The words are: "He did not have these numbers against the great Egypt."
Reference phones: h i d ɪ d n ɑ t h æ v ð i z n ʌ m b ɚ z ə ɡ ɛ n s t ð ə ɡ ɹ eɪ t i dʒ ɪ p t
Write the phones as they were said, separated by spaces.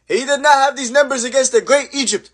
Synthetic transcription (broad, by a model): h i d ɪ d n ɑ t h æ v ð i z n ʌ m b ɚ z ə ɡ ɛ n s t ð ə ɡ ɹ eɪ t i dʒ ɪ p t